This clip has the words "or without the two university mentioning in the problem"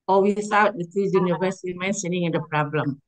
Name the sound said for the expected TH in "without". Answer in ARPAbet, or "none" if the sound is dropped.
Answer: S